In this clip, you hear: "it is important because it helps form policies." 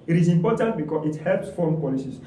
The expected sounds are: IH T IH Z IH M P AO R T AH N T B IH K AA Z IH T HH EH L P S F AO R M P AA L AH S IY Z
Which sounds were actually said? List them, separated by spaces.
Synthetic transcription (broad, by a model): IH T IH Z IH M P AO T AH N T B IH K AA IH T HH EH L P S F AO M P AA L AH S IY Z